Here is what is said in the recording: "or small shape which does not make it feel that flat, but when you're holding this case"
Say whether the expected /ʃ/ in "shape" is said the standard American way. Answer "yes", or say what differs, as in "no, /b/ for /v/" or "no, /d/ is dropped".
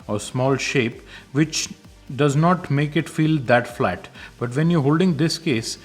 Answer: yes